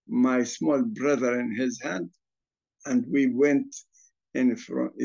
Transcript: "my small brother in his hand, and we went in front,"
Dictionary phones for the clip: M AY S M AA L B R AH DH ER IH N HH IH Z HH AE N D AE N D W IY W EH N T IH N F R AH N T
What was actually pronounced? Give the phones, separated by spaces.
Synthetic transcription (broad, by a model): M AY S M AA L B R AH DH ER IH N HH IH Z HH AE N D AE N D W IY W EH N T IH N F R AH